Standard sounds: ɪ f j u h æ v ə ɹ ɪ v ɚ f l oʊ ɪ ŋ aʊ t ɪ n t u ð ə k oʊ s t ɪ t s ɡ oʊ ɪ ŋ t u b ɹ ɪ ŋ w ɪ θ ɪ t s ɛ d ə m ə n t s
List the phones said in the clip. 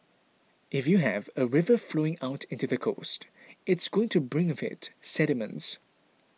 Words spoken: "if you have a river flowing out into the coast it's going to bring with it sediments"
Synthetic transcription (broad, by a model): ɪ f j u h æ v ə ɹ ɪ v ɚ f l oʊ ɪ ŋ aʊ t ɪ n t u ð ə k oʊ s t ɪ t s ɡ oʊ ɪ ŋ t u b ɹ ɪ ŋ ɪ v ɪ t s ɛ d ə m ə n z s